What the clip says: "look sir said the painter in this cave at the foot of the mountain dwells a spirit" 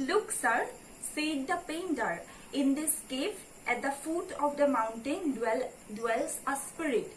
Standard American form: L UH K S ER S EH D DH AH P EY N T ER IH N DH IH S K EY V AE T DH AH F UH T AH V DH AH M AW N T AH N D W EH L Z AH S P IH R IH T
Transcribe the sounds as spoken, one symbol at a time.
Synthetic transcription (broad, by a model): L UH K S ER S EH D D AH P EY N T ER IH N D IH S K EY P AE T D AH F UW T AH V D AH M AW N T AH N D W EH L S AH S P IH R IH T